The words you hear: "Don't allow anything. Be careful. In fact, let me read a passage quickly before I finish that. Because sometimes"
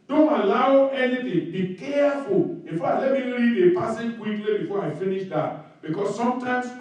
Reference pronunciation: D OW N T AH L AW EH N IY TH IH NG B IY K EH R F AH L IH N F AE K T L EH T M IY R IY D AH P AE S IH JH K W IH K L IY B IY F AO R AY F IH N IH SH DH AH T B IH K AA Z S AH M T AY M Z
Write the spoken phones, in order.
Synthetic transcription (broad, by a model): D OW N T AH L AW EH N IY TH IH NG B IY K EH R F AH L IH N F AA T L EH T M IY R IY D AH P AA S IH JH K W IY K L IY B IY F AO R AY F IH N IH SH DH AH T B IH K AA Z S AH M T AY M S